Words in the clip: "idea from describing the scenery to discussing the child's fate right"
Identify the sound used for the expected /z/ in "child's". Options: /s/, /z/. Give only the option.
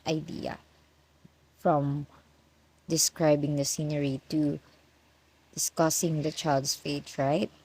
/s/